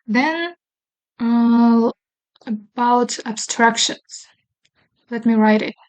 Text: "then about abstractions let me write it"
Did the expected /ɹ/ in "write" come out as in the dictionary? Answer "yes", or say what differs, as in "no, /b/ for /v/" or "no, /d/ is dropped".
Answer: yes